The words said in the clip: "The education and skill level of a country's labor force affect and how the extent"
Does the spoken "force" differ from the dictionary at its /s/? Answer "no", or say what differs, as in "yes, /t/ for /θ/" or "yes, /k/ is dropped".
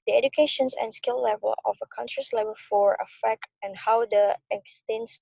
yes, /s/ is dropped